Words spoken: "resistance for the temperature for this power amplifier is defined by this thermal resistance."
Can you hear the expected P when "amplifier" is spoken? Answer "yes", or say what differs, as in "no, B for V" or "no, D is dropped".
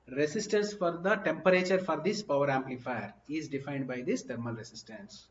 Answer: yes